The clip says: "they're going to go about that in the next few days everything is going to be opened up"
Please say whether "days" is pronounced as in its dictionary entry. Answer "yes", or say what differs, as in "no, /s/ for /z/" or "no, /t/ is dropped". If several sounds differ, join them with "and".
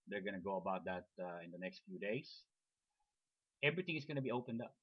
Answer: no, /s/ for /z/